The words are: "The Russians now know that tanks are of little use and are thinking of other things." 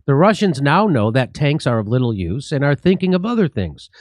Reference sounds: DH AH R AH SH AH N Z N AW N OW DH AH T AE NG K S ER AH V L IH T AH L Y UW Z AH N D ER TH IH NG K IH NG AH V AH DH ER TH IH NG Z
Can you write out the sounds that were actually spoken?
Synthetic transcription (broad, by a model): DH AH R AH SH AH N Z N AW N OW DH AH T AE NG K S ER AH V L IH T L Y UW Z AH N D ER TH IH NG K IH NG AH V AH DH ER TH IH NG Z